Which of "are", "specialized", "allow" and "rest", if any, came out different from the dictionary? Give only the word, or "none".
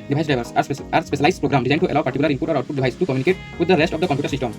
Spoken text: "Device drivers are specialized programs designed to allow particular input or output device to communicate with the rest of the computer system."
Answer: specialized